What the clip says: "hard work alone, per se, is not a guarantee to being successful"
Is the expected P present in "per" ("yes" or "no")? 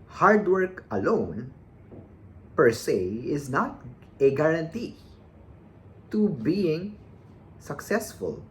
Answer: yes